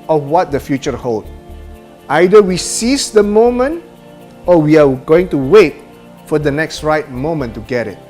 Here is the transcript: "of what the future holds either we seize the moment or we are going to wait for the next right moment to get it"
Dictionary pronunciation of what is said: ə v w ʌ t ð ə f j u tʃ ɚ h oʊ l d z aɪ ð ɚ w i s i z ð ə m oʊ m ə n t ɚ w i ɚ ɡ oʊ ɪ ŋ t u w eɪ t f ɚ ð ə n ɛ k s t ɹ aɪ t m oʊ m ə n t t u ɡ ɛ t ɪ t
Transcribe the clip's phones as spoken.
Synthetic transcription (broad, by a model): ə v w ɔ t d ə f j u tʃ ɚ h oʊ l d aɪ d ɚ w i s i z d ə m oʊ m ə n t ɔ w i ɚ ɡ oʊ ɪ ŋ t u w eɪ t f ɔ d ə n ɛ k s t ɹ aɪ t m oʊ m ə n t t u ɡ ɛ t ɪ t